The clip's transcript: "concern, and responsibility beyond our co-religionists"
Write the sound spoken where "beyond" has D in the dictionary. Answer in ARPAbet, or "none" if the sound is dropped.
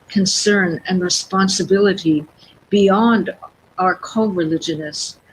D